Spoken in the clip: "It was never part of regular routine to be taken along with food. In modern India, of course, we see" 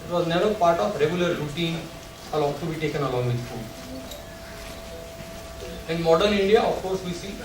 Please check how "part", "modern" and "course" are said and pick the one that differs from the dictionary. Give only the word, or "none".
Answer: modern